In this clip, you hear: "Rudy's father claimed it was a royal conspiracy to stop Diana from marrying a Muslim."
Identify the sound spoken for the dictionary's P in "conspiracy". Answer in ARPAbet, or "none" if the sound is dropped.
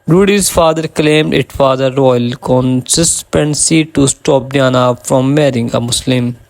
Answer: none